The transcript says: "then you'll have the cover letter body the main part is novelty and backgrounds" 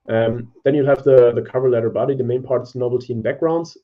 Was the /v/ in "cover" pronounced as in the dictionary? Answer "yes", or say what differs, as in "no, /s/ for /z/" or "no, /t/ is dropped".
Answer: yes